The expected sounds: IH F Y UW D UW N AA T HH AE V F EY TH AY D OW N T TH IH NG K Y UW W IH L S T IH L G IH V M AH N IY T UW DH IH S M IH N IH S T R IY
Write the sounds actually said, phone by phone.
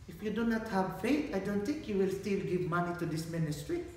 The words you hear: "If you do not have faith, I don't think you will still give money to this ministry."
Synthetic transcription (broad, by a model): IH F Y UW D UW N AA T HH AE V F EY T AY D OW N T TH IH NG K Y UW W IH L S T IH L G IH V M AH N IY T UW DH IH S M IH N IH S T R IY